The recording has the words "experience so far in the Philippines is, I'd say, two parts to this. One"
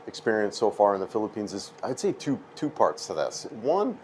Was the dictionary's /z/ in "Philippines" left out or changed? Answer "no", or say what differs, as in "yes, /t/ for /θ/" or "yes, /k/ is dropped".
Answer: no